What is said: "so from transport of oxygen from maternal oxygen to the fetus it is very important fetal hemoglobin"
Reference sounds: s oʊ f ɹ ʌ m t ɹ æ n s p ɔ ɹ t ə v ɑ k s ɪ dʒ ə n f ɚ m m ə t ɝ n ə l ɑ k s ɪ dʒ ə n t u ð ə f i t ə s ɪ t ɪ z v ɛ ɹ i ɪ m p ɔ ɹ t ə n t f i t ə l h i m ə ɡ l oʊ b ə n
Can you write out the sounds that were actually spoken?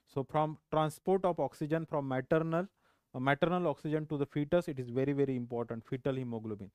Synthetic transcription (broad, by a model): s oʊ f ɹ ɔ m t ɹ æ n s p ɔ ɹ t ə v ɑ k s ɪ dʒ ə n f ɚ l m ə t ɝ n ə l ɑ k s ɪ dʒ ə n t u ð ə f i t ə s ɪ t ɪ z v ɛ ɹ i ɪ m p ɔ ɹ t ə n t f i t ə l h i m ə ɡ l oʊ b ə n